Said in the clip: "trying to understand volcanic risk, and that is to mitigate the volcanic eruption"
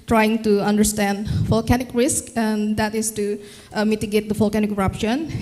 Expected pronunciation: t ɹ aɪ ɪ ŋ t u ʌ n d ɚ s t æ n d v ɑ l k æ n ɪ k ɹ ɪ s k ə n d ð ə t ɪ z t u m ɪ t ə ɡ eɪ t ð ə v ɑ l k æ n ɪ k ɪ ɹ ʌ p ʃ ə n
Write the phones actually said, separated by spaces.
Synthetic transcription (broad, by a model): t ɹ aɪ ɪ ŋ t u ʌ n d ɚ s t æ n d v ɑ l k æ n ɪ k ɹ ɪ s k ə n d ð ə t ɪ s t u m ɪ t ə ɡ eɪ t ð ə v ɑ l k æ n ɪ k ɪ ɹ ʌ p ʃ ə n